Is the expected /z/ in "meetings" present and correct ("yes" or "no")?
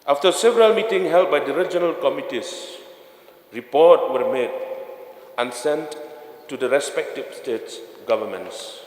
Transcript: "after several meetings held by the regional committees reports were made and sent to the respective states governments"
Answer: no